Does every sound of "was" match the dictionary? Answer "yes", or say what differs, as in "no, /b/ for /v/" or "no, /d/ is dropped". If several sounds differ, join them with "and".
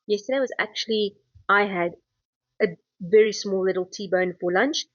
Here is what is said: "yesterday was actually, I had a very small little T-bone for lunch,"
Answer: yes